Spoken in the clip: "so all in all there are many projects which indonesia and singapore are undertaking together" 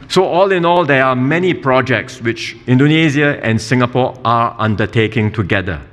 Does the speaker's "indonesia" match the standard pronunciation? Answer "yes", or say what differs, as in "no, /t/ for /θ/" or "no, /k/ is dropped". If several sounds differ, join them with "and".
no, /z/ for /ʒ/